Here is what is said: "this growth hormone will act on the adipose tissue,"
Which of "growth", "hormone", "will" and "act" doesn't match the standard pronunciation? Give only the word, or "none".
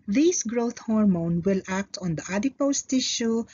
growth